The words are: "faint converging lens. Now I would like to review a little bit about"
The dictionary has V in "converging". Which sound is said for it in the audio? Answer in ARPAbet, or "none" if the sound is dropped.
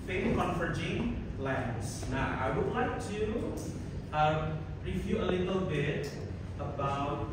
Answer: F